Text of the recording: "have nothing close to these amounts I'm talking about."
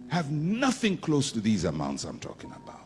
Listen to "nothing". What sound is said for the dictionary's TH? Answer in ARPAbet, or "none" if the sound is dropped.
TH